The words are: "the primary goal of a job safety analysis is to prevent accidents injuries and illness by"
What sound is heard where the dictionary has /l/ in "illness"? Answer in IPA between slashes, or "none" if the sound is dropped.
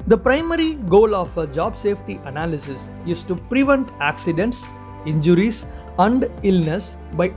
/l/